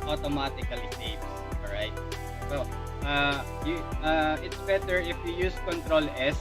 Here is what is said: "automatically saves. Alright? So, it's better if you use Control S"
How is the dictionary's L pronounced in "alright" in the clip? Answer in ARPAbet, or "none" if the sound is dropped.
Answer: none